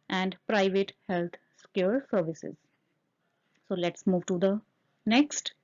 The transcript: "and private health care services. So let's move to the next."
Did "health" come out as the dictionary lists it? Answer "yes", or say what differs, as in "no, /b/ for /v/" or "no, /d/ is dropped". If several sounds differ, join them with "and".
no, /s/ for /θ/